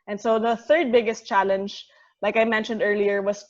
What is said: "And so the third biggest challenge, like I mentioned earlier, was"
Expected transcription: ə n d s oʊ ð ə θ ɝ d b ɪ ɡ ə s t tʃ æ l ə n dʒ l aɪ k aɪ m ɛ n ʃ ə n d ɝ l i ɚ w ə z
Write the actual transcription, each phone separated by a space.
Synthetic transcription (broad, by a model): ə n s oʊ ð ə θ ɝ d b ɪ ɡ ə s t tʃ æ l ə n dʒ l aɪ k aɪ m ɛ n ʃ ə n d ɝ l i ɚ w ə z